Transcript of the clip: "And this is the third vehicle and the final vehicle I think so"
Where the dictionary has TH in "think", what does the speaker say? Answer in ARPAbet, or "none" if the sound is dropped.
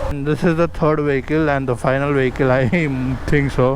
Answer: T